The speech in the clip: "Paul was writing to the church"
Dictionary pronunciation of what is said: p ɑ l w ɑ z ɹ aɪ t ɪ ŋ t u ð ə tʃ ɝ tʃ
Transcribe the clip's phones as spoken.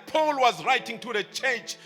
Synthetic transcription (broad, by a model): p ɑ l w ɑ z ɹ aɪ t ɪ ŋ t u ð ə tʃ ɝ tʃ